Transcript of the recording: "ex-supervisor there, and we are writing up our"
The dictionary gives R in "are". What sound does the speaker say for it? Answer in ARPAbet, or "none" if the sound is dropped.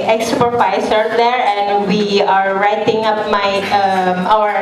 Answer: R